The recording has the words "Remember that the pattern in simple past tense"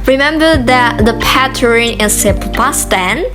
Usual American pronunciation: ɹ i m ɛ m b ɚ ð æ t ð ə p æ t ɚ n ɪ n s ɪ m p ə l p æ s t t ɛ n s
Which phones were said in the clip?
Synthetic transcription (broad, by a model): ɹ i m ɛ m b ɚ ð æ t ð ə p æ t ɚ ɪ n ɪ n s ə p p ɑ s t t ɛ n